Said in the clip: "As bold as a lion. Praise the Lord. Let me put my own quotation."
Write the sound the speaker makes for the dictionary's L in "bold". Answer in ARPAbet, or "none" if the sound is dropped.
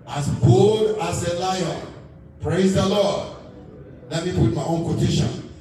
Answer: none